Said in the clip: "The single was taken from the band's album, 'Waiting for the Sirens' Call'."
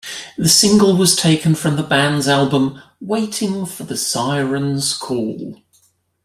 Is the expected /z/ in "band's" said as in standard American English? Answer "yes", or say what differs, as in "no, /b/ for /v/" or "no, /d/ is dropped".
yes